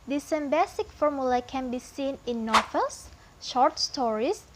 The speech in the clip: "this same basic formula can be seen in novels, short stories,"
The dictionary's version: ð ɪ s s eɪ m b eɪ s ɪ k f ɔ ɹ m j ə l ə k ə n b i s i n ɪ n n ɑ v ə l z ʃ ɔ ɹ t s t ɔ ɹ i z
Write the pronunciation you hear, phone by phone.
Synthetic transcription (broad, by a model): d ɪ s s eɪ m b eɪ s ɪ k f ɔ ɹ m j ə l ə k ə n b i s i n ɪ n n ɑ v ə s ʃ ɔ ɹ t s t ɔ ɹ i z